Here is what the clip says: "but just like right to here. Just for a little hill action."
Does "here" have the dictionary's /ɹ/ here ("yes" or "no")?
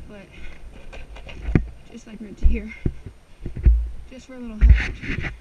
yes